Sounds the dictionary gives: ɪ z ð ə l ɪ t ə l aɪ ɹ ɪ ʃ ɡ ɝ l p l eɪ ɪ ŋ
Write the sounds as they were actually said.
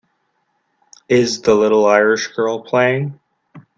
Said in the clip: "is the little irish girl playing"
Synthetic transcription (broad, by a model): ɪ z ð ə l ɪ t l aɪ ɹ ɪ ʃ ɡ ɝ l p l eɪ ɪ ŋ